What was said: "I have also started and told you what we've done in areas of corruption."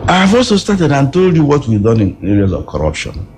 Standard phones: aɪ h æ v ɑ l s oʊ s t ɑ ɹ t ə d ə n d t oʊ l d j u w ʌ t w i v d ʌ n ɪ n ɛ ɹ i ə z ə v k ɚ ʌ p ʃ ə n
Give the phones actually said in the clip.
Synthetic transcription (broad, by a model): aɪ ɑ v ɑ l s oʊ s t ɑ t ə d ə n t oʊ l d j u w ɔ t w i d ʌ n ɪ n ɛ ɹ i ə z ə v k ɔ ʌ p ʃ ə n